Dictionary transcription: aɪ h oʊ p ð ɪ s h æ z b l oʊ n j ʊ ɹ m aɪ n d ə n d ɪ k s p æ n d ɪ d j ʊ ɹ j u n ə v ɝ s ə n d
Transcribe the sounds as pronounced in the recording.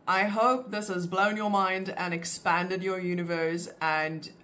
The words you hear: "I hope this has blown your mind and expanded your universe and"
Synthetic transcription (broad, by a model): aɪ h oʊ p ð ɪ s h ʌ z b l oʊ n j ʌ ɹ m aɪ n d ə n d ɪ k s p æ n d ɪ d j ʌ ɹ j u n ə v ɝ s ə n